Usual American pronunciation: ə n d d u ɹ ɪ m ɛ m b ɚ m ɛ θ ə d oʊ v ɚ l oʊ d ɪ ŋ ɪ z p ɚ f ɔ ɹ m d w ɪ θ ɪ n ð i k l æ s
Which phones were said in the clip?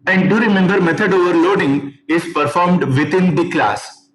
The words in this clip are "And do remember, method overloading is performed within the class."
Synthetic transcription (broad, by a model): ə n d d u ɹ ɪ m ɛ m b ɚ m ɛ t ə d oʊ v ɚ l oʊ d ɪ ŋ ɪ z p ɚ f ɔ ɹ m d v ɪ t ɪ n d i k l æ s